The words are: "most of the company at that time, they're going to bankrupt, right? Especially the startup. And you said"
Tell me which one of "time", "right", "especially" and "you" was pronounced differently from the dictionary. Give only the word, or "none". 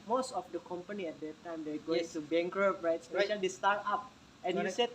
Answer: especially